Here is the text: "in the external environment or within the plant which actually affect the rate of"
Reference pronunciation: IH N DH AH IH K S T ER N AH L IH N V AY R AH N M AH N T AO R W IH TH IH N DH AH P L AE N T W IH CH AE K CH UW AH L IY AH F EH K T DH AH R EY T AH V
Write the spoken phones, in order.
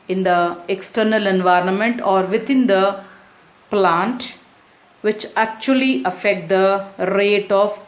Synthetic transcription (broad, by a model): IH N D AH IH K S T ER N AH L IH N V AY R AH N M AH N T AO R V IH T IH N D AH P L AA N T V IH CH AE K CH UW AH L IY AH F EH K T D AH R EY T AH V